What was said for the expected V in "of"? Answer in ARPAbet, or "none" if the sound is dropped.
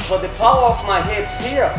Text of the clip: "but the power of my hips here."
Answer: F